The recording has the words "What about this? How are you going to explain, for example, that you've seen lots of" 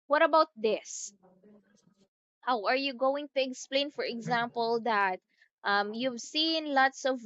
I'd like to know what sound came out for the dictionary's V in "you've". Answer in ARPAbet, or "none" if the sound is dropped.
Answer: V